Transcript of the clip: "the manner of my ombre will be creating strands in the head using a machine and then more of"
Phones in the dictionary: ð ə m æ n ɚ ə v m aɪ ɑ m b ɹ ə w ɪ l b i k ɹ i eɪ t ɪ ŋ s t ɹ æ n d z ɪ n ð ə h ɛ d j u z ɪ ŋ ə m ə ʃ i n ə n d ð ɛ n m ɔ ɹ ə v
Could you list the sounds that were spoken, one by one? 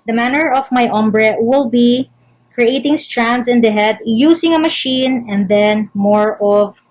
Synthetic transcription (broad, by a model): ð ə m æ n ɚ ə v m aɪ ɑ m b ɹ ə w ɪ l b i k ɹ i eɪ t ɪ ŋ s t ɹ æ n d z ɪ n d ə h ɛ d j u s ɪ ŋ ə m ə ʃ i n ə n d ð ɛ n m ɔ ɹ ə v